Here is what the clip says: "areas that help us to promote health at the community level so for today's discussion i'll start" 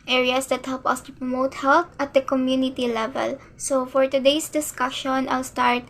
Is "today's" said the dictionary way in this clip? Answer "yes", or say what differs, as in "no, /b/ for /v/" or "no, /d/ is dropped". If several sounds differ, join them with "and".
no, /s/ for /z/